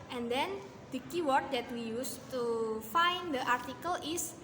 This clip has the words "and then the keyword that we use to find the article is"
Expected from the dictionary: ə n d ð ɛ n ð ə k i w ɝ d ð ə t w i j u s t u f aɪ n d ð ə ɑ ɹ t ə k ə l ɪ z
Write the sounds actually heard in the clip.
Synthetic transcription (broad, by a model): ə n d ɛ n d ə k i w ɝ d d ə t w i j u s t u f aɪ n d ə ɑ ɹ t ə k ə l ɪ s